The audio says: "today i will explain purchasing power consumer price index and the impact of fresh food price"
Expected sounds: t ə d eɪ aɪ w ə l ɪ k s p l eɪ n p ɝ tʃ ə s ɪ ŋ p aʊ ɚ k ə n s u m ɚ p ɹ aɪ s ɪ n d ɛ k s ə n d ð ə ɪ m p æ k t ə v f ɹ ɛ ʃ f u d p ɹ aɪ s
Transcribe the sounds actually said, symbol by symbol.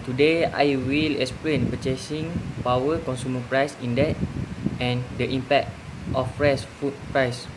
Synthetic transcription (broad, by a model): t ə d eɪ aɪ w ə l ɪ k s p l eɪ n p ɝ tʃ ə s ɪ ŋ p aʊ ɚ k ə n s u m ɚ p ɹ aɪ s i n d ɛ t ə n d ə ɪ m p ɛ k t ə f ɹ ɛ s f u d p ɹ aɪ s